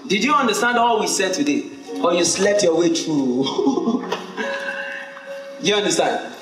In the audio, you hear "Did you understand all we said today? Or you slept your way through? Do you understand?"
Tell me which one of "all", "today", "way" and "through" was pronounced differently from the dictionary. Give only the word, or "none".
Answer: through